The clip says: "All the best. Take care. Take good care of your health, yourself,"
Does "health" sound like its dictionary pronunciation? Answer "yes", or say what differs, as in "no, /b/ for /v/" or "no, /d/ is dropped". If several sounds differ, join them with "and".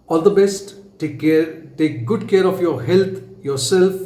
no, /t/ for /θ/